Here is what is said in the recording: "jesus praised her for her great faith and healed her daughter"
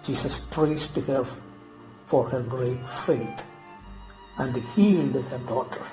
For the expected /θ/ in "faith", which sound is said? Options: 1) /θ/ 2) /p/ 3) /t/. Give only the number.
3